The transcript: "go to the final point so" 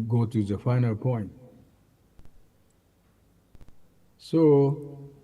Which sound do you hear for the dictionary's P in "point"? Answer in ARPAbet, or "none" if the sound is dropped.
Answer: P